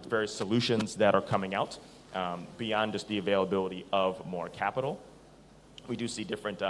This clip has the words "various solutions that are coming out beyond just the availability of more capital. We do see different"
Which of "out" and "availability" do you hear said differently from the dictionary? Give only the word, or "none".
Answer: none